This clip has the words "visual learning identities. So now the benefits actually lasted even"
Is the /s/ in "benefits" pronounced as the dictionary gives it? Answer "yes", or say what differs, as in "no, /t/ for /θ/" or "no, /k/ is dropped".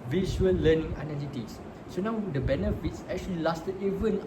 yes